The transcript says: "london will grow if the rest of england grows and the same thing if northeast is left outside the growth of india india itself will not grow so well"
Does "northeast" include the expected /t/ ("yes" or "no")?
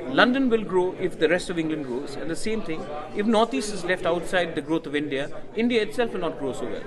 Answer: no